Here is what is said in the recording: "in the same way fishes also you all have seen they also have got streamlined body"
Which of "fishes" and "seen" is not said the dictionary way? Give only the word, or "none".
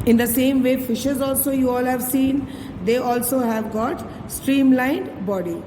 none